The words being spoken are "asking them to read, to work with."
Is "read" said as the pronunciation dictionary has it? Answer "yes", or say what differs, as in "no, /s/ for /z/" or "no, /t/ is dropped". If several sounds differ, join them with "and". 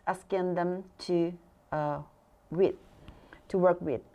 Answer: no, /w/ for /ɹ/